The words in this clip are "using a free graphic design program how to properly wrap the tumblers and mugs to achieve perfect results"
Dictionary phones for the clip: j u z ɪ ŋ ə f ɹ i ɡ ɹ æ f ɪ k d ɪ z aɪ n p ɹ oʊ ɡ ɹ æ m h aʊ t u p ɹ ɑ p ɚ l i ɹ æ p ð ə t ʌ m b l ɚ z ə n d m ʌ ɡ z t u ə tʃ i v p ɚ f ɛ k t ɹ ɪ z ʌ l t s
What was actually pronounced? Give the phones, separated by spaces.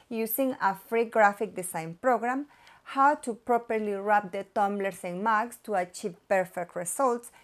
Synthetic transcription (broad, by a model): j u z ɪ ŋ ə f ɹ i ɡ ɹ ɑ f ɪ k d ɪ s aɪ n p ɹ oʊ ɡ ɹ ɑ m h aʊ t u p ɹ ɑ p ɚ l i ɹ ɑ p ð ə t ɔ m b l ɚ s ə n m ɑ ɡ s t u ə tʃ i v p ɚ f ɛ k t ɹ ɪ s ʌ l t s